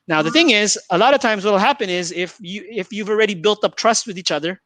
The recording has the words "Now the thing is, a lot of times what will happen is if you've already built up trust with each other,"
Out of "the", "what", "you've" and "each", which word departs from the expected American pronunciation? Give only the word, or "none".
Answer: you've